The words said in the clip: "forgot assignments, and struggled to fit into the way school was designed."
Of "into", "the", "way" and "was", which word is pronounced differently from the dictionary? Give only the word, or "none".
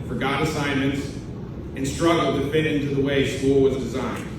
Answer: none